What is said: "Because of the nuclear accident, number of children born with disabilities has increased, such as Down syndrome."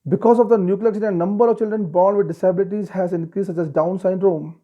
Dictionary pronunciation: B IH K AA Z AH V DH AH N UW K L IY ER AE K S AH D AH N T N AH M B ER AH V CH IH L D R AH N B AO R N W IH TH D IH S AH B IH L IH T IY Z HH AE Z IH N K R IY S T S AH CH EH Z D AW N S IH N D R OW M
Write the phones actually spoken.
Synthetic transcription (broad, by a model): B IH K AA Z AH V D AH N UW K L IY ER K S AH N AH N N AH M B ER AH V CH IH L D R AH N B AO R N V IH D D IH S AH B IH L IH T IY Z HH AE Z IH N K R IY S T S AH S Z D AW N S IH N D R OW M